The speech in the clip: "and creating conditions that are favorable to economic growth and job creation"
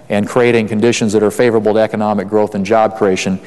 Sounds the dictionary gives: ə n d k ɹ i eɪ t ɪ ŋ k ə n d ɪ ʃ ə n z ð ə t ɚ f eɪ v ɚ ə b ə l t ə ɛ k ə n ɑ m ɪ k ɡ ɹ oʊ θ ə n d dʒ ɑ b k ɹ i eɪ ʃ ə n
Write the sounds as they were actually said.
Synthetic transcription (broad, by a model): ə n k ɹ i eɪ t ɪ ŋ k ə n d ɪ ʃ ə n z ð ə t ɚ f eɪ v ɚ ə b l t ə ɛ k ə n ɑ m ɪ k ɡ ɹ oʊ θ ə n dʒ ɑ b k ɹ i eɪ ʃ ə n